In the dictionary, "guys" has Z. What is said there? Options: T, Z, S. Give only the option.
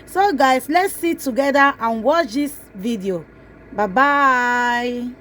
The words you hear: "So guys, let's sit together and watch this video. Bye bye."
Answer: S